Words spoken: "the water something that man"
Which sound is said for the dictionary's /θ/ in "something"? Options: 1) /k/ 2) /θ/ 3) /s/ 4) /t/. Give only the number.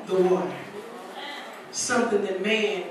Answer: 2